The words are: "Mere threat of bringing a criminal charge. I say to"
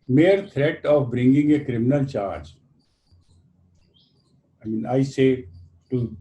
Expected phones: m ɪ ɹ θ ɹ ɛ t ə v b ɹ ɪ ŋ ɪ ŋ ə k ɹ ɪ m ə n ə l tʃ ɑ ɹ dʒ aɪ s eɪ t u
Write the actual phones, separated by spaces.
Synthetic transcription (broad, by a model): m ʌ ɹ t ɹ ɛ t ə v b ɹ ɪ ŋ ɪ ŋ ə k ɹ ɪ m ə n ə l tʃ ɑ ɹ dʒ aɪ s eɪ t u